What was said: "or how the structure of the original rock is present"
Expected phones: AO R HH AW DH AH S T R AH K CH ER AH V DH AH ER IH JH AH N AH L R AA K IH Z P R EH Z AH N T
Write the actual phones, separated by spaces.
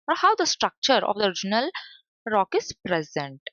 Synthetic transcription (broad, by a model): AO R HH AW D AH S T R AH K CH ER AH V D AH ER IH JH AH N AH L R AA K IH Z P R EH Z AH N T